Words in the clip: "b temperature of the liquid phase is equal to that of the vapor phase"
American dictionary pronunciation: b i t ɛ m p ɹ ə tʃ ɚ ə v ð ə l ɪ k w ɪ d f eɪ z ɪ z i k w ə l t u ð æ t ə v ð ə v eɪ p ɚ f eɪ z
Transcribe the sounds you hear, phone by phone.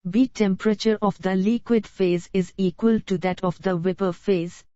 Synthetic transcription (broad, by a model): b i t ɛ m p ɹ ə tʃ ɚ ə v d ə l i k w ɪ d f eɪ z ɪ z i k w ə l t u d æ t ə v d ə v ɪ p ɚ f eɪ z